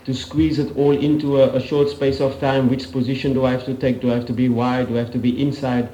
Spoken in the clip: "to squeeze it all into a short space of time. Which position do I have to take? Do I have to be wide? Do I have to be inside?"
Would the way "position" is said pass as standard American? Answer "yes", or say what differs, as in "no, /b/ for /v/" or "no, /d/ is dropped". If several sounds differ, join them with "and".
yes